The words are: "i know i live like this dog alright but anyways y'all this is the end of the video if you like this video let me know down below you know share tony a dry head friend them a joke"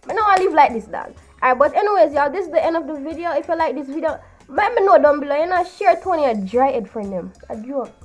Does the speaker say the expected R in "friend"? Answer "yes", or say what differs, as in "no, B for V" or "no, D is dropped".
no, R is dropped